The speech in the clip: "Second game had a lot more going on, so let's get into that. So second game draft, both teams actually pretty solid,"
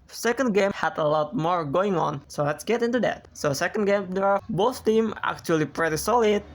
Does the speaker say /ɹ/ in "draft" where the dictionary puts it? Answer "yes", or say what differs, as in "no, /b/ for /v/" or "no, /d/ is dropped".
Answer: no, /ɹ/ is dropped